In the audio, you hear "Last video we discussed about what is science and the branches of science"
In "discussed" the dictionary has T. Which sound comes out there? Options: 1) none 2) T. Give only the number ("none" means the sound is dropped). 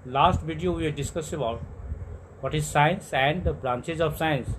1